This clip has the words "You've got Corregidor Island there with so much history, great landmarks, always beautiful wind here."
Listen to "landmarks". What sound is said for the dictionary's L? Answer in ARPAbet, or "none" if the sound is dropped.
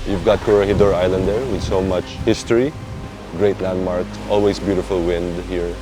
N